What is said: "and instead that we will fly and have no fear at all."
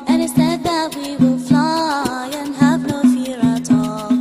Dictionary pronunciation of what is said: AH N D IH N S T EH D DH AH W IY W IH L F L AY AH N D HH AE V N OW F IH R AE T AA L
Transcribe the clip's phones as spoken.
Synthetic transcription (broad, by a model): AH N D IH S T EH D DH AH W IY W IH L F L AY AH N HH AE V N OW F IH R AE T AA L